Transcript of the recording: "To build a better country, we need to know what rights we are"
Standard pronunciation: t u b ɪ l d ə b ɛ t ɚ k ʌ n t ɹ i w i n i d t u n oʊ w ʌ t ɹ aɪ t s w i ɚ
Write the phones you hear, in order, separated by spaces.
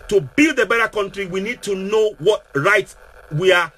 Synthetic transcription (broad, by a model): t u b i l d ə b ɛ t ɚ k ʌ n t ɹ i w i n i d t u n oʊ w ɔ t ɹ aɪ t w i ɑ